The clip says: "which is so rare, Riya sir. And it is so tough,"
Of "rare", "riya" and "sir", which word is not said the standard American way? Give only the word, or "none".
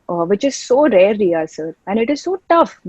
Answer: riya